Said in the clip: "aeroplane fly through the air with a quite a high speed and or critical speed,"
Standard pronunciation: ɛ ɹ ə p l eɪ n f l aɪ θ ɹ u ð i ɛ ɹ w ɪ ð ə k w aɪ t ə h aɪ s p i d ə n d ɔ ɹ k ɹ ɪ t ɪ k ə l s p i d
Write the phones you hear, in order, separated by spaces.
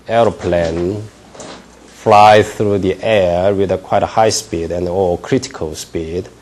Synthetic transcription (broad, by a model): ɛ ɹ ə p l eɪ n f l aɪ θ ɹ u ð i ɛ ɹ w ɪ ð ə k w aɪ t ə h aɪ s p i d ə n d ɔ l k ɹ ɪ t ɪ k ə l s p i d